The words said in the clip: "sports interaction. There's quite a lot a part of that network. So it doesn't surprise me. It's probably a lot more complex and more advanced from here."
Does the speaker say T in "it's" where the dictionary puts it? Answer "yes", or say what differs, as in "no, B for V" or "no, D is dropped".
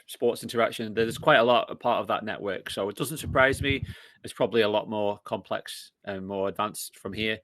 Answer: yes